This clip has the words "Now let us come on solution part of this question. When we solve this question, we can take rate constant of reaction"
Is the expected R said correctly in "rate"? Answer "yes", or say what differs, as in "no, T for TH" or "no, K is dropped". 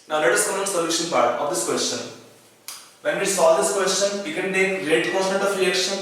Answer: no, L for R